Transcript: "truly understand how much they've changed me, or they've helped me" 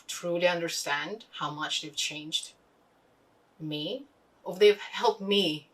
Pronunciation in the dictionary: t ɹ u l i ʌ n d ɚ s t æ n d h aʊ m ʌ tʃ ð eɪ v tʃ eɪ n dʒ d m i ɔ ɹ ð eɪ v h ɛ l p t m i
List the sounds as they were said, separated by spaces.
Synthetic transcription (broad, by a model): t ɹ u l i ʌ n d ɚ s t æ n d h aʊ m ʌ tʃ ð eɪ v tʃ eɪ n dʒ d m i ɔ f ð eɪ v h ɛ l p t m i